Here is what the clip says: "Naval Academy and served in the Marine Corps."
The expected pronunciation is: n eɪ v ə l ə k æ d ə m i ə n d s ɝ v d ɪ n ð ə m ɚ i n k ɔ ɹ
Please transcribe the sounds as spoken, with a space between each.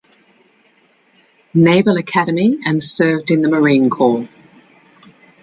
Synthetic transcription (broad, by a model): n eɪ b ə l ə k æ d ə m i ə n s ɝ v d ɪ n ð ə m ɚ i n k ɔ l